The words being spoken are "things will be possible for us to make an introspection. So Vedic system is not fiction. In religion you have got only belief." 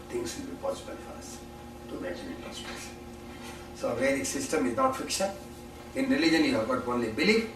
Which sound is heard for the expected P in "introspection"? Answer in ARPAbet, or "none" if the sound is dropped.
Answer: none